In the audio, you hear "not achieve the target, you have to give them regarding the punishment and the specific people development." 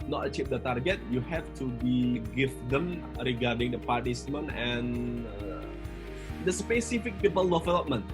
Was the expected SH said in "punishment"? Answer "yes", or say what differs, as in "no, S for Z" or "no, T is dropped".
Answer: no, S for SH